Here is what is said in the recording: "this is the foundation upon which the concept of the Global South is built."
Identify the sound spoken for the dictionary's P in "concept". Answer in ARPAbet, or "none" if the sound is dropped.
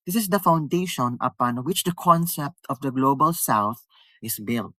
P